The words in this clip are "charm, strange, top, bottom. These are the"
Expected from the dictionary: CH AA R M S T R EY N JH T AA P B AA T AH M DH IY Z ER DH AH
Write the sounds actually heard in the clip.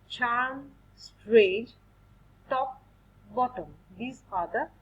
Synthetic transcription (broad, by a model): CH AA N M S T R EY JH T AA P B AA T AH M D IY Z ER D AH